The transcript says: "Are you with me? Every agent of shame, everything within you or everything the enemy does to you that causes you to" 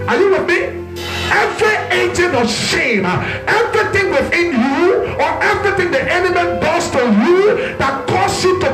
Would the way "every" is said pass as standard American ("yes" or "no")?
yes